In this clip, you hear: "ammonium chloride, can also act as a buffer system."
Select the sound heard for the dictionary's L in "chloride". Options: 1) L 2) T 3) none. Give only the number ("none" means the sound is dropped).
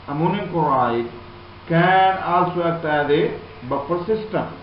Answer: 3